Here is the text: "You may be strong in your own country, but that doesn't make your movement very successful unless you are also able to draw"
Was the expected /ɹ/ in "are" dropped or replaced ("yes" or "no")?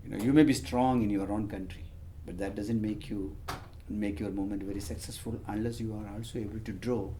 no